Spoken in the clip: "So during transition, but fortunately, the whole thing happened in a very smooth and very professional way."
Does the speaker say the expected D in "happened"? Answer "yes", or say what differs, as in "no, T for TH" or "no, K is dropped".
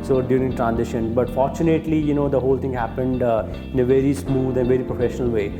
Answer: yes